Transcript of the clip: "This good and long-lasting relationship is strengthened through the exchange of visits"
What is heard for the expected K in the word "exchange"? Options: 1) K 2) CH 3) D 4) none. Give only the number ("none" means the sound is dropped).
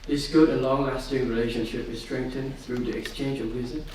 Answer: 1